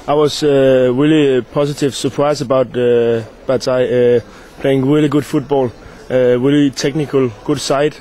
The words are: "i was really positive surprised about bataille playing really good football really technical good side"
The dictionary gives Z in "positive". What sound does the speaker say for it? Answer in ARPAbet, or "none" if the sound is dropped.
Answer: S